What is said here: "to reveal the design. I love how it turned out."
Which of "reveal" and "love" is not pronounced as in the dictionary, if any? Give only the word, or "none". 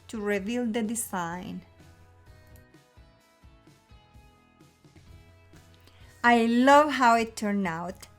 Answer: none